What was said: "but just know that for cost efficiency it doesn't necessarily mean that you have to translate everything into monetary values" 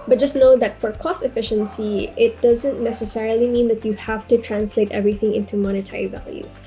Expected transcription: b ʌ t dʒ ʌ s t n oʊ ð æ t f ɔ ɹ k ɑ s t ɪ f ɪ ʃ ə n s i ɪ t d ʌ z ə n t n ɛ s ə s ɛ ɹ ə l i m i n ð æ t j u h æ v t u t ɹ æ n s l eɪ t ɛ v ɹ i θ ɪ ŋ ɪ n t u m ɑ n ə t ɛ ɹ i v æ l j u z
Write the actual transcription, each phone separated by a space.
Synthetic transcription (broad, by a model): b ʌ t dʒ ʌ s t n oʊ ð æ t f ɔ ɹ k ɑ s t ɪ f ɪ ʃ ə n s i ɪ t d ʌ z ə n t n ɛ s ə s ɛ ɹ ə l i m i n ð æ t j u h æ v t u t ɹ æ n s l eɪ t ɛ v ɹ i θ ɪ ŋ ɪ n t u m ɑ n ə t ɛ ɹ i v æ l j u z